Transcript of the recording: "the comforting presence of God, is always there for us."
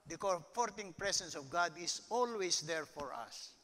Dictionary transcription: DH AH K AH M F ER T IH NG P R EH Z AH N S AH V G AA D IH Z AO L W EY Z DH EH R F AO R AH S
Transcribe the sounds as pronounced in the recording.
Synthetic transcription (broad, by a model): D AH K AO F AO T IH NG P R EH S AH N S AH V G AA D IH S AO L W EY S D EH R F AO R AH S